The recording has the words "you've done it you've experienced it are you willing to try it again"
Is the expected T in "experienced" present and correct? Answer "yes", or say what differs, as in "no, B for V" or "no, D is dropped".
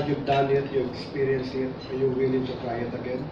no, T is dropped